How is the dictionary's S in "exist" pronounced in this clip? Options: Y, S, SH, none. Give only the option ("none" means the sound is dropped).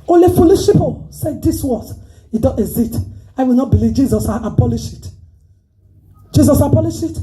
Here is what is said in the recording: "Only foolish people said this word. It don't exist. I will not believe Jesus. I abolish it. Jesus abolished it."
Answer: none